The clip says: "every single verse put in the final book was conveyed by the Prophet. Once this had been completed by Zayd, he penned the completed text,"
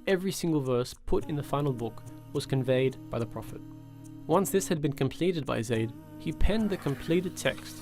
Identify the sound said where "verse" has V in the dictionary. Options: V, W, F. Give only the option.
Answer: V